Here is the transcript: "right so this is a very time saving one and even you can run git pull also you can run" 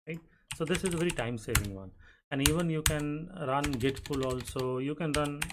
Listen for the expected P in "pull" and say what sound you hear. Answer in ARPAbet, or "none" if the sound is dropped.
F